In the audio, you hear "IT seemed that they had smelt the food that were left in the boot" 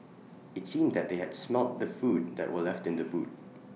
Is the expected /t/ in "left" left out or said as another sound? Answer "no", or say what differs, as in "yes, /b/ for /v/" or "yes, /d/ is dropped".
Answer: no